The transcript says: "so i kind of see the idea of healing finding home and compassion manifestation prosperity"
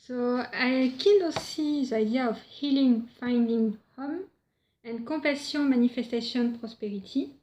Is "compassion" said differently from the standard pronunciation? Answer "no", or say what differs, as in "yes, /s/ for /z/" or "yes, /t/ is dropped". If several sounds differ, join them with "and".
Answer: yes, /m/ is dropped